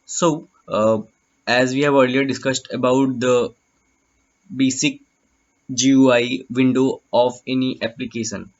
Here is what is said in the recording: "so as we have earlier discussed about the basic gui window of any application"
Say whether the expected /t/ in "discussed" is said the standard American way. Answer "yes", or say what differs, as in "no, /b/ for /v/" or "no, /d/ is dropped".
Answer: yes